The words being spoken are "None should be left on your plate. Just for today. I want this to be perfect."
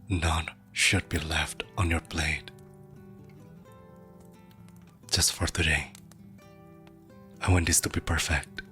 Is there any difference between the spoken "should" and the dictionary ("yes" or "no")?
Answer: no